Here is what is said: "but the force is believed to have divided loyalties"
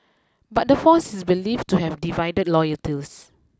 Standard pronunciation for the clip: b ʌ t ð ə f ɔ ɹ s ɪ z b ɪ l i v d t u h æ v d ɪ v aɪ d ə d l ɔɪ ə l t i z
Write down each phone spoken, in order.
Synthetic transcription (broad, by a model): b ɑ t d ə f ɔ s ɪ s b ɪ l i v t u h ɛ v d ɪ v aɪ d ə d l ɔɪ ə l t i s